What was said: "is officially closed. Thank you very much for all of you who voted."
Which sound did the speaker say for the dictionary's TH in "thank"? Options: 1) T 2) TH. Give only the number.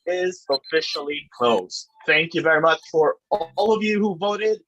2